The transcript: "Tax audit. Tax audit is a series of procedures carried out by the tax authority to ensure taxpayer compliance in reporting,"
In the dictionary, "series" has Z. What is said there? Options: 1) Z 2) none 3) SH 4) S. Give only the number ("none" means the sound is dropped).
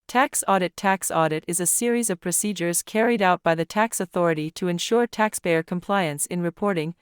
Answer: 1